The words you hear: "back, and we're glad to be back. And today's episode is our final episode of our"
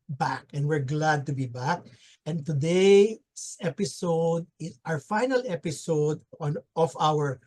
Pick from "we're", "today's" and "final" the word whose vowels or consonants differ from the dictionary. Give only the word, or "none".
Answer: today's